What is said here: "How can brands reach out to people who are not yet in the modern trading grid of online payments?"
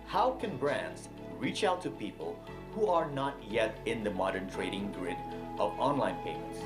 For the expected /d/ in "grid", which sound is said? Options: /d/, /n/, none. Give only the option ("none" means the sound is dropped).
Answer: /d/